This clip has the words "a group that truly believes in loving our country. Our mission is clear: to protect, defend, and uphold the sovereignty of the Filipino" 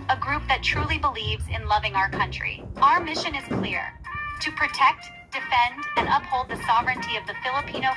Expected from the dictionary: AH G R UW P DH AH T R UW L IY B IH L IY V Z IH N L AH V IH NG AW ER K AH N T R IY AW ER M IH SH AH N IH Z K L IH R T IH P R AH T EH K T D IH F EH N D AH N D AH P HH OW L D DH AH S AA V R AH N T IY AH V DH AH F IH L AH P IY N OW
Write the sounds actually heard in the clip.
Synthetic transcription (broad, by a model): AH G R UW P DH AH T R UW L IY B IH L IY V Z IH N L AH V IH NG AW ER K AH N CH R IY AW ER M IH SH AH N IH Z K L IH R T IH P R AH T EH K T D IH F EH N D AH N AH P HH OW L D DH AH S AA V R AH N T IY AH V DH AH F IH L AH P IY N OW